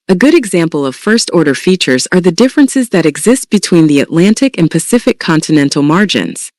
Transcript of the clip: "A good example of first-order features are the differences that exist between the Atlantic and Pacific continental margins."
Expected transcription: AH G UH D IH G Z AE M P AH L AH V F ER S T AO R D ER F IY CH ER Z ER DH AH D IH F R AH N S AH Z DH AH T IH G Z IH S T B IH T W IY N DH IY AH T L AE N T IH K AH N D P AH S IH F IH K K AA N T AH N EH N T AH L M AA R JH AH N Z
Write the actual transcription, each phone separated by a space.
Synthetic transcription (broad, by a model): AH G UH D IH G Z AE M P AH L AH V F ER S T AO R D ER F IY CH ER Z ER DH AH D IH F R AH N S AH Z DH AH T IH G Z IH S T B IH T W IY N DH IY AH T L AE N T IH K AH N P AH S IH F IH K K AA N T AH N EH N T L M AA R JH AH N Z